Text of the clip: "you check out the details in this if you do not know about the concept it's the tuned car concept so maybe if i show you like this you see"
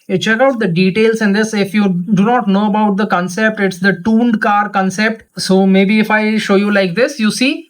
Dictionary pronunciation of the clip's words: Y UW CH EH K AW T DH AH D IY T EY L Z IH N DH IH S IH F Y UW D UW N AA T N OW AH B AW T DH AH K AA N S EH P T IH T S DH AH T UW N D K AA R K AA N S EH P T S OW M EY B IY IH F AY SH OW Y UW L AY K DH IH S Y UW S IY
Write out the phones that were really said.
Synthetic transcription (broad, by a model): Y CH EH K AW T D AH D IY T EY L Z IH N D IH S IH F Y UW D UW N AA T N OW AH B AW T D AH K AA N S EH P T IH T S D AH T UW N D K AA R K AA N S EH P T S OW M EY B IY IH F AY SH OW Y UW L AY K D IH S Y UW S IY